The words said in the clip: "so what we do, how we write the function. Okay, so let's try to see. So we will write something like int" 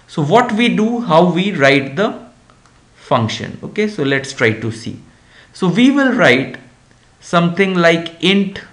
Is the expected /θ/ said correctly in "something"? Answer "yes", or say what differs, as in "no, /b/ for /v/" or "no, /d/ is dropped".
no, /t/ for /θ/